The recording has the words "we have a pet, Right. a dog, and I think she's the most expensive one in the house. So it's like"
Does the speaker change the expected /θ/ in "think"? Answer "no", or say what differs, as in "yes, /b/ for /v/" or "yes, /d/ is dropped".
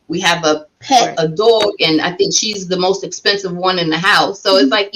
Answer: no